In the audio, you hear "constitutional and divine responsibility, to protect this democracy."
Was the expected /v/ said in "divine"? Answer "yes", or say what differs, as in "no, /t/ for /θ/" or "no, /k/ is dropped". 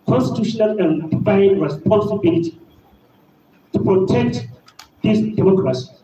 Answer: no, /f/ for /v/